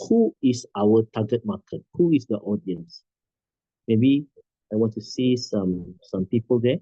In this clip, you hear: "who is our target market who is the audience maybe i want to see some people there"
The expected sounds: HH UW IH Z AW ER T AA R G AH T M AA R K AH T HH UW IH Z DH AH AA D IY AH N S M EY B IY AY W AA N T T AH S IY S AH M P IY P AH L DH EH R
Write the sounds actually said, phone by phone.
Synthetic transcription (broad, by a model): HH UW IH S AW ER T AA G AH T M AA K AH T HH UW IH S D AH AA D IY AH N S M EY B IY AY W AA N T S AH S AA S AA M P IY P AH L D EH